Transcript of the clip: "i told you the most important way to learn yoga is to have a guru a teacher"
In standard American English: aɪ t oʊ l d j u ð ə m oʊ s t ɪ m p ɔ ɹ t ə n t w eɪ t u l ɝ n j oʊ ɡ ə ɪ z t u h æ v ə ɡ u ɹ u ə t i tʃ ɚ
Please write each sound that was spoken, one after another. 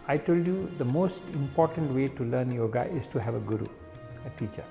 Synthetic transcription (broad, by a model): aɪ t oʊ l d j u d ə m oʊ s t ɪ m p ɔ ɹ t ə n t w eɪ t u l ɝ n j oʊ ɡ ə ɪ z t u h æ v ə ɡ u ɹ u ə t i tʃ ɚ